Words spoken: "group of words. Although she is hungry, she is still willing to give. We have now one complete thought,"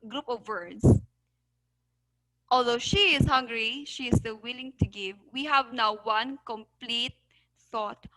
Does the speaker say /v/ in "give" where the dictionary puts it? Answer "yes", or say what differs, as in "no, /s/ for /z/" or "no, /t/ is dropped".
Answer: yes